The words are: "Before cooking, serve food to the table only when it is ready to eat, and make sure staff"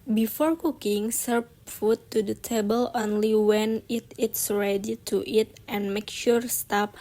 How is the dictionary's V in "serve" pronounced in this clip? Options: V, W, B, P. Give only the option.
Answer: P